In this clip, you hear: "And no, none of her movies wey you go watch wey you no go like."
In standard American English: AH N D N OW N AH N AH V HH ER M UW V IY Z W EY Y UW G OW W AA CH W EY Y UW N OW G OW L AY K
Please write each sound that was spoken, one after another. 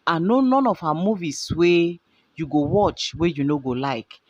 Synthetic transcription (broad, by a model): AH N N OW N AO N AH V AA M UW V IY S W EY Y UW G OW W AA CH W EY Y UW N OW G OW L AY K